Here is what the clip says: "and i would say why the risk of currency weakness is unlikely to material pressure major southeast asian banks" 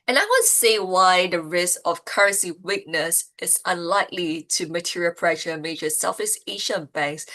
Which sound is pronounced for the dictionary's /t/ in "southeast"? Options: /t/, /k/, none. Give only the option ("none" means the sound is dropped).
none